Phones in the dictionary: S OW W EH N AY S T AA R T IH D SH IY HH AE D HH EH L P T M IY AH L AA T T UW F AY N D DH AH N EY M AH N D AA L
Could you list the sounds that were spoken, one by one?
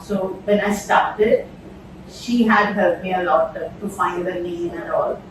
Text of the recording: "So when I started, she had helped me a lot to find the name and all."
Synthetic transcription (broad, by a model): S OW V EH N AY S T AA R T IH D SH IY HH AE D HH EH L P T M IY AH L AA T T UW F AY N D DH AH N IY AH N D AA L